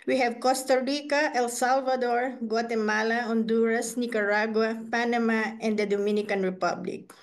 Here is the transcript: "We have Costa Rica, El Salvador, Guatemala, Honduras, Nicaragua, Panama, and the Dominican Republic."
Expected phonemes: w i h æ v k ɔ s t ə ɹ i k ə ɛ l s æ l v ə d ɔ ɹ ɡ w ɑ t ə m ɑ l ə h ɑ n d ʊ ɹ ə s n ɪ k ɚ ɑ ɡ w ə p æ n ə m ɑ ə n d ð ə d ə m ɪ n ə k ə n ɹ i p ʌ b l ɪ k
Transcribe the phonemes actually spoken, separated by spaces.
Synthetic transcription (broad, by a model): w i h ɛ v k ɔ s t ə ɹ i k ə ɛ l s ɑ l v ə d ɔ ɹ ɡ w ɑ t ə m ɑ l ə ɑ n d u ɹ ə s n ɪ k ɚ ɑ ɡ w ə p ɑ n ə m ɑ ə n d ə d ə m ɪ n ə k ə n ɹ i p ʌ b l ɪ k